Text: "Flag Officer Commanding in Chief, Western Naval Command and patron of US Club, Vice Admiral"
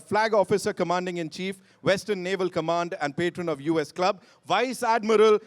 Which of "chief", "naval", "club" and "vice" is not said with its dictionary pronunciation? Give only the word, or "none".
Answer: none